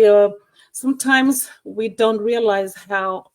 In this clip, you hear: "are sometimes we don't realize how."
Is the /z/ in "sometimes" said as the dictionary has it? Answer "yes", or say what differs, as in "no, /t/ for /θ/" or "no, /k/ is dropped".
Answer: yes